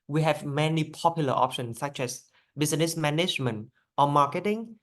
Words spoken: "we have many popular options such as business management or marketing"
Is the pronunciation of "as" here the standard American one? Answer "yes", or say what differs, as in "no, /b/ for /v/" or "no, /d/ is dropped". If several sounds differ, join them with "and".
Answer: no, /s/ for /z/